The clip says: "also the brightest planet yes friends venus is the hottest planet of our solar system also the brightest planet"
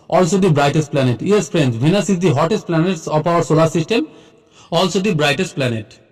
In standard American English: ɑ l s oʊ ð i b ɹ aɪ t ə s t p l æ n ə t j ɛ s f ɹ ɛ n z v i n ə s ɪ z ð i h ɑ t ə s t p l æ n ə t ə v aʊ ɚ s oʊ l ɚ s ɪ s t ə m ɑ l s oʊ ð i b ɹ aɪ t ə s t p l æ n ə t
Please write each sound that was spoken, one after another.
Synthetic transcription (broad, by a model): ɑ l s oʊ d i b ɹ aɪ t ə s t p l æ n ə t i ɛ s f ɹ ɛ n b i n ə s ɪ z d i h ɑ t ə s t p l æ n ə t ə p aʊ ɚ s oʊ l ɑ s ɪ s t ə m ɑ l s oʊ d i b ɹ aɪ t ə s t p l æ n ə t